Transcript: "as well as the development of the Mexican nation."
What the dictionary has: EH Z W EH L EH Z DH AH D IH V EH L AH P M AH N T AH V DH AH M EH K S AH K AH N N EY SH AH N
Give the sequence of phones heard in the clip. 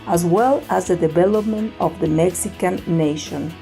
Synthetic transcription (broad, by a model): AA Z W EH L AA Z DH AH D IH V EH L AH P M AH N T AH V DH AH M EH K S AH K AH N N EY SH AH N